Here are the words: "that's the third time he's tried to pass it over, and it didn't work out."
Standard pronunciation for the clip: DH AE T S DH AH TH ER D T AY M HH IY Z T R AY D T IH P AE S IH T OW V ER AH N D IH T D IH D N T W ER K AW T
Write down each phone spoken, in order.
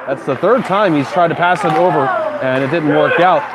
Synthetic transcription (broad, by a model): DH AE T S DH AH TH ER D T AY M HH IY Z T R AY D T IH P AE S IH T OW V ER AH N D IH T D IH D N T W ER K AW T